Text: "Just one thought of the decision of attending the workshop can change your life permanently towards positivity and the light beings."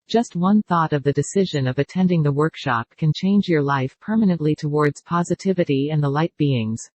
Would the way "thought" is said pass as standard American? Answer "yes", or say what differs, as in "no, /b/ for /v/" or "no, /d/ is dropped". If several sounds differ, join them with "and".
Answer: yes